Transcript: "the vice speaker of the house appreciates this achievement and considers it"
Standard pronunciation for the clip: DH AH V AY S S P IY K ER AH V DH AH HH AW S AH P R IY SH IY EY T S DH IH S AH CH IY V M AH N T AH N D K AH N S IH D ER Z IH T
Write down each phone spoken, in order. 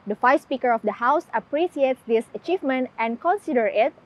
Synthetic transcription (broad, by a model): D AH F AY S S P IY K ER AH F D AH HH AW S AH P R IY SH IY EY T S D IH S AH CH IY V M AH N T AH N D K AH N S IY D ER IH T